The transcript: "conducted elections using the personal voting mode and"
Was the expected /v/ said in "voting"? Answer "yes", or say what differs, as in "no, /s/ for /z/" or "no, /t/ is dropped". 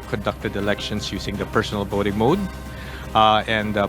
no, /b/ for /v/